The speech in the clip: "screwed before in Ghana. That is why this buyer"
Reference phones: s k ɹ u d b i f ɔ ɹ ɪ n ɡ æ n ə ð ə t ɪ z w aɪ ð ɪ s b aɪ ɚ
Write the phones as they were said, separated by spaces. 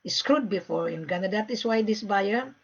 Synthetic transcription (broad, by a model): s k ɹ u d b i f ɔ ɹ ɪ n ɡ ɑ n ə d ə t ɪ s w aɪ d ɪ s b aɪ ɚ